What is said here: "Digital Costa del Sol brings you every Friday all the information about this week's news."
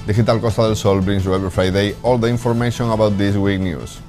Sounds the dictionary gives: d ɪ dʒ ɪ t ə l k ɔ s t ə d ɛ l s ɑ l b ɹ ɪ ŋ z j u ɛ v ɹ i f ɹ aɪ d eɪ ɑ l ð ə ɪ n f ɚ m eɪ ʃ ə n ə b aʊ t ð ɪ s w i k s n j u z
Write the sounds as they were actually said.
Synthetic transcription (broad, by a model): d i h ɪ t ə l k ɔ s t ə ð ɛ l s ɑ l b ɹ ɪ ŋ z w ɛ b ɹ f ɹ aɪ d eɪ ɑ l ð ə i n f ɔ m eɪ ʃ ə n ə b aʊ t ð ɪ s w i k n j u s